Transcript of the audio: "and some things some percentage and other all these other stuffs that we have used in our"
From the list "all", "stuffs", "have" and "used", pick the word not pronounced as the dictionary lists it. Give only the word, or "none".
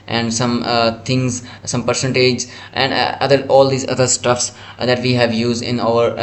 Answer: none